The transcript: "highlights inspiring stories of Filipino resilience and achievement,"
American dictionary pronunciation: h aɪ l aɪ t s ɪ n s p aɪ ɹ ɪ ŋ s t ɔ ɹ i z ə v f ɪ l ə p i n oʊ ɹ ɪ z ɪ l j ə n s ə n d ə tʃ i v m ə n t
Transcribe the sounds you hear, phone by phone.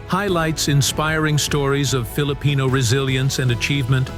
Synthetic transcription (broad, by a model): h aɪ l aɪ t s ɪ n s p aɪ ɹ ɪ ŋ s t ɔ ɹ i z ə v f ɪ l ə p i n oʊ ɹ ɪ z ɪ l j ə n s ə n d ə tʃ i v m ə n t